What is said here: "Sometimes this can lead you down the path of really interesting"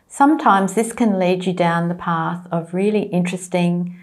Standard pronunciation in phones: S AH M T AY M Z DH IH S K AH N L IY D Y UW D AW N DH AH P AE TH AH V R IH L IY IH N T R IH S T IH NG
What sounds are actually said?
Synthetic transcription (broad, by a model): S AH M T AY M Z DH IH S K AH N L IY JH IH D AW N DH AH P AE TH AH V R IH L IY IH N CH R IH S T IH NG